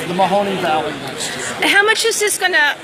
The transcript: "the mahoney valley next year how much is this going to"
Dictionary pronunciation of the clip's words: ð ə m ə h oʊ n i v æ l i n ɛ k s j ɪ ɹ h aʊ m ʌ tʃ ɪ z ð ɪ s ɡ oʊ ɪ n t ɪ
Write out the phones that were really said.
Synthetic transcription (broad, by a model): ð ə m ə h oʊ n i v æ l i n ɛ s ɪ h aʊ m ʌ tʃ ɪ z ð ɪ s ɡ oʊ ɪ n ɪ